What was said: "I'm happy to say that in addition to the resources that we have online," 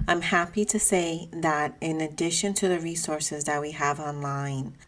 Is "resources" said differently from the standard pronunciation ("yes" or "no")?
no